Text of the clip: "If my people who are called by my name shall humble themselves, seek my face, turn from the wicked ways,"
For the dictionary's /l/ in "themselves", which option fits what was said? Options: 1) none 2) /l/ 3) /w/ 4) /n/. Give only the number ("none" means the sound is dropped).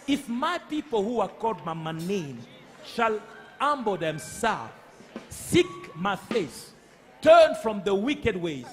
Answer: 1